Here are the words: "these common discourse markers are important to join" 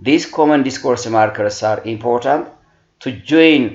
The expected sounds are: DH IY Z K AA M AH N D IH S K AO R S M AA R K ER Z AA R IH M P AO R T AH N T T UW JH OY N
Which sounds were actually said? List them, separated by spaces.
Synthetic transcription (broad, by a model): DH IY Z K AA M AH N D IH S K AO R S M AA R K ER S AA R IH M P AO R T AH N T T UW JH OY N